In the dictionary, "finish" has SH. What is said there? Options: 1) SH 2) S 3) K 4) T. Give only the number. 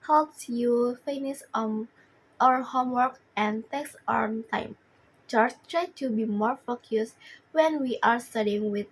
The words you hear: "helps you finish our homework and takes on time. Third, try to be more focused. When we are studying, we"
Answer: 2